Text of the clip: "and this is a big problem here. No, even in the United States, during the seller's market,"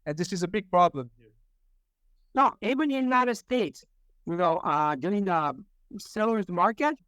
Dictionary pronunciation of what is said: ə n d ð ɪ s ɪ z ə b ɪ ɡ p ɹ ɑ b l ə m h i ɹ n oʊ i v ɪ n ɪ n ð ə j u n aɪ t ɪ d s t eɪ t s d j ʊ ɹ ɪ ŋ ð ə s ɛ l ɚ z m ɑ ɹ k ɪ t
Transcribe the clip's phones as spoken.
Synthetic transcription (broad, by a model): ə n ð ɪ s ɪ z ə b ɪ ɡ p ɹ ɑ b l ə m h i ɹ n oʊ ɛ ɪ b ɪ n ð ə j u n aɪ t ɪ d s t eɪ t s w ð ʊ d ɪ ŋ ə s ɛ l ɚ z m ɑ ɹ k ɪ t